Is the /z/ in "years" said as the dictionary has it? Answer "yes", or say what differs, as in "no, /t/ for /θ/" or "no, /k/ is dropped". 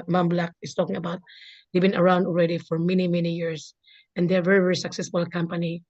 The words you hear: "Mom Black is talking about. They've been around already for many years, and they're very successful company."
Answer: no, /s/ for /z/